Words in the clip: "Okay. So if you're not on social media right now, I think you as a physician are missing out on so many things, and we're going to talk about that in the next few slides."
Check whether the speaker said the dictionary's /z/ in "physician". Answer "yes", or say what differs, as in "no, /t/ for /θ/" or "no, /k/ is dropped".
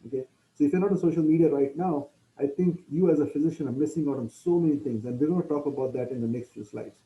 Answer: yes